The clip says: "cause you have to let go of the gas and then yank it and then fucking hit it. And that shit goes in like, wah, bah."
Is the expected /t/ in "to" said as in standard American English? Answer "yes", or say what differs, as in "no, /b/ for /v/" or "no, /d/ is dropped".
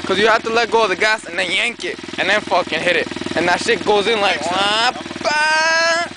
yes